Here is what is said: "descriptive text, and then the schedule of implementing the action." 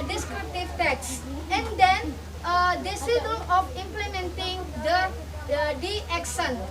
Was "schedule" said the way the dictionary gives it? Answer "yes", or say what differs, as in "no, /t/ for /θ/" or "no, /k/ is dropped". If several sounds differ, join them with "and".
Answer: no, /k/ is dropped